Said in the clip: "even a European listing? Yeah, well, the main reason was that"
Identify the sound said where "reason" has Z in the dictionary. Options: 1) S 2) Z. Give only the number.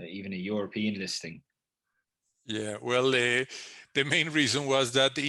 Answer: 2